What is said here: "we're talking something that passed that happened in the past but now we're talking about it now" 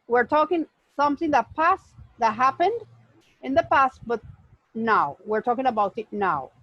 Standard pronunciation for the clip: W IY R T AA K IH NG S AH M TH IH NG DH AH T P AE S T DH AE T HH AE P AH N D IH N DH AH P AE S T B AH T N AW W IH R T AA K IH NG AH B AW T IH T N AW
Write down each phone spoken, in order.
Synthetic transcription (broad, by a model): W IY R T AA K IH NG S AH M TH IH NG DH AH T P AE S T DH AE T HH AE P AH N D IH N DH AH P AE S T B AH T N AW W IH R T AA K IH NG AH B AW T IH T N AW